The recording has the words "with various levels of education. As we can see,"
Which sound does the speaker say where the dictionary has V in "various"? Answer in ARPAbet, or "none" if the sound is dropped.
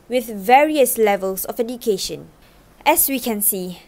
V